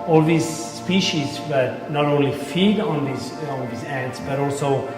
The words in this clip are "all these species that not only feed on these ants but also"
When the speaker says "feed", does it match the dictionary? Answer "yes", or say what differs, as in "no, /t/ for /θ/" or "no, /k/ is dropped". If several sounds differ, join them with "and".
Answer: yes